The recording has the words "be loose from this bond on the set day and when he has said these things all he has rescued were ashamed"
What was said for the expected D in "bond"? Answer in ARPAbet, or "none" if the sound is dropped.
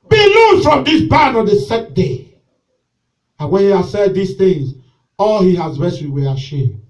none